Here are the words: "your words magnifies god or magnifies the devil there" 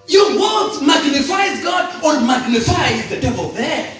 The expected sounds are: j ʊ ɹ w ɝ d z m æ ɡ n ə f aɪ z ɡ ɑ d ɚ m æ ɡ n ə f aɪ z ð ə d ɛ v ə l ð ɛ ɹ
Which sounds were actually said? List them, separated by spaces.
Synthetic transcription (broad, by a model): j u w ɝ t m æ ɡ n ə f aɪ z ɡ ɑ d ɚ m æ ɡ n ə f aɪ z ð ə d ɛ v ə l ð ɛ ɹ